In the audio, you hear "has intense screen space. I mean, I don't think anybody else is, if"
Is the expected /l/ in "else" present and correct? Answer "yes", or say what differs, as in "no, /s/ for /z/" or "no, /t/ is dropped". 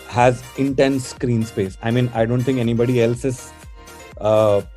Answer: yes